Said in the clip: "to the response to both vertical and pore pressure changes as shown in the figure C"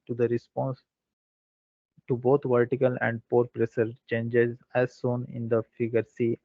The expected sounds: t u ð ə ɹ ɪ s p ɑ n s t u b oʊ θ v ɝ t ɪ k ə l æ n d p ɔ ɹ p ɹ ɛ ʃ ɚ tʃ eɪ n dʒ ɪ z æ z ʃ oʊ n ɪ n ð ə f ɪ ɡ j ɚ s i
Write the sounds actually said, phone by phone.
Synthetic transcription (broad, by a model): t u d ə ɹ ɪ s p ɑ n s t u b oʊ t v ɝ t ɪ k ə l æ n d p ɔ ɹ p ɹ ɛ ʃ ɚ tʃ eɪ n dʒ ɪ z æ z s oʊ n ɪ n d ə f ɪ ɡ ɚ s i